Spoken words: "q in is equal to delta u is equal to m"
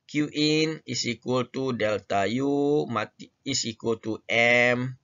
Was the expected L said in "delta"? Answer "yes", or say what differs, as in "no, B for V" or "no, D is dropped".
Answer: yes